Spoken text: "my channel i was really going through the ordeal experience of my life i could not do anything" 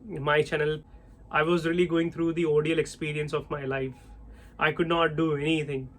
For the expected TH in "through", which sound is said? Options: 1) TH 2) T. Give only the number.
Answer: 2